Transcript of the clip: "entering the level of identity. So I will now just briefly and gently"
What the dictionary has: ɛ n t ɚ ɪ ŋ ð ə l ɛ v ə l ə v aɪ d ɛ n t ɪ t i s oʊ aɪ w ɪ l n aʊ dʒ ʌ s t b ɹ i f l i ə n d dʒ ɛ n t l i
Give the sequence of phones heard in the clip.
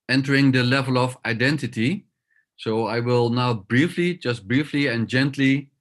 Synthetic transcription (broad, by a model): ɛ n t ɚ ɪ ŋ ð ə l ɛ v ə l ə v aɪ d ɛ n t ɪ t i s oʊ aɪ w ɪ l n aʊ dʒ ʌ s t b ɹ i f l i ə n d dʒ ɛ n t l i